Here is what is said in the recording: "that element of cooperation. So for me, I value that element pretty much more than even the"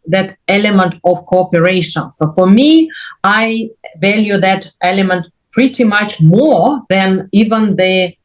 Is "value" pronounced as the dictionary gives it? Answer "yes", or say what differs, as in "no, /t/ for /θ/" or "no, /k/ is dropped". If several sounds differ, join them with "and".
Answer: yes